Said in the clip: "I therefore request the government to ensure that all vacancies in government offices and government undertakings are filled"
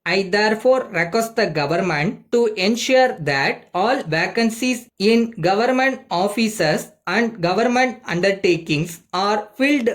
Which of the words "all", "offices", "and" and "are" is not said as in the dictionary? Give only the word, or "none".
offices